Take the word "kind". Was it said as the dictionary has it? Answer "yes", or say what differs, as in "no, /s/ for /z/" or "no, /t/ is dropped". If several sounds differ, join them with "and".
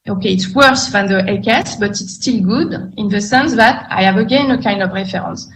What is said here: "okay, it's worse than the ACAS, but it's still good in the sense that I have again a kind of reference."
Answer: yes